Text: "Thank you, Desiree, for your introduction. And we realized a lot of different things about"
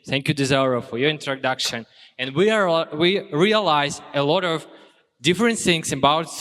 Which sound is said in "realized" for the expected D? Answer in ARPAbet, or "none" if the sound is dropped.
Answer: none